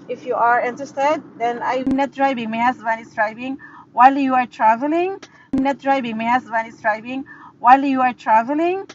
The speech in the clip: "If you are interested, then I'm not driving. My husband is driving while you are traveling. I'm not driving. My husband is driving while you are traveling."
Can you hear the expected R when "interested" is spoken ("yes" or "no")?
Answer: no